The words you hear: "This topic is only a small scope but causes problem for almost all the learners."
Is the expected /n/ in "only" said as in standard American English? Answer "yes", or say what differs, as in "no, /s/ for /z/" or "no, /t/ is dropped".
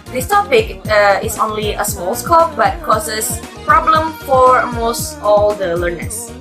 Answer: yes